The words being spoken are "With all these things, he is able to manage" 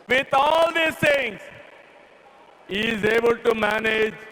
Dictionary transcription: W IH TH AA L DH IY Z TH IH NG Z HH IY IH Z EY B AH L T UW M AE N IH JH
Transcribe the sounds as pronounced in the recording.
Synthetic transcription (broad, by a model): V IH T AA L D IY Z T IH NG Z HH IY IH Z EY B AH L T UW M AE N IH JH